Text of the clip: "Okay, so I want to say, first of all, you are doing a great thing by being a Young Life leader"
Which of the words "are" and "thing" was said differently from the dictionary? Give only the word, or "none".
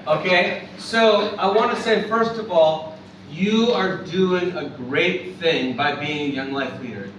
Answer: none